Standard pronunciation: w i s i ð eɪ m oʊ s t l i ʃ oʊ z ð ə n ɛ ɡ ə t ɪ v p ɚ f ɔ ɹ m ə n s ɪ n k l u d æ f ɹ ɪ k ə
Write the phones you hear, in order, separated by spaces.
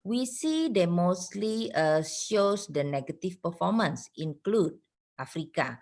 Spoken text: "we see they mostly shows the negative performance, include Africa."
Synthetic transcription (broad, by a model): w i s i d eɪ m oʊ s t l i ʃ oʊ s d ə n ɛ ɡ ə t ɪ f p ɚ f ɔ m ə n s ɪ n k l u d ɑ f ɹ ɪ k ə